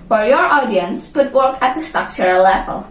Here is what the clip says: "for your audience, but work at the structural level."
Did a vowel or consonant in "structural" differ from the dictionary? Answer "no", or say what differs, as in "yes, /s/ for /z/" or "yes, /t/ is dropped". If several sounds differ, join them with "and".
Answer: yes, /ɹ/ is dropped